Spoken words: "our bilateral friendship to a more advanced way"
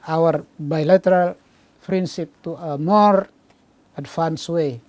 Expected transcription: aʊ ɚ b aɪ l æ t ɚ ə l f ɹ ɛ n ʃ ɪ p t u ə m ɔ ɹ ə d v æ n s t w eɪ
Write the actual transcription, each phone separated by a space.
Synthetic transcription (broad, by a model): aʊ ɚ b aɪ l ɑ t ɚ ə l p ɹ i n s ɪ p t u ə m ɔ ɹ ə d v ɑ n s w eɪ